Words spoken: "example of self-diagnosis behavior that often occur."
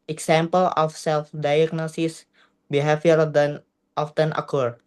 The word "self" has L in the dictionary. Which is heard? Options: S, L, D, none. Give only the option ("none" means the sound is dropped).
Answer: L